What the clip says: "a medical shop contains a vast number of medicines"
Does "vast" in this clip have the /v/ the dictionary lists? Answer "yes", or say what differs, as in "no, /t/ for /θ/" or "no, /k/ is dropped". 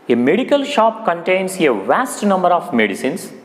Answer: yes